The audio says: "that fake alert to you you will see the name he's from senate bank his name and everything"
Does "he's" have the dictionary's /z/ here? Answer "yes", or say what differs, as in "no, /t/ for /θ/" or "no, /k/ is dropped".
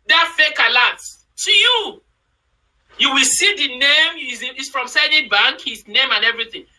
no, /s/ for /z/